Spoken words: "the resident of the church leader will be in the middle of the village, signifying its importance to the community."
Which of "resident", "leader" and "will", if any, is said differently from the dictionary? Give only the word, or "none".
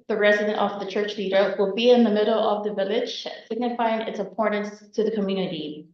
none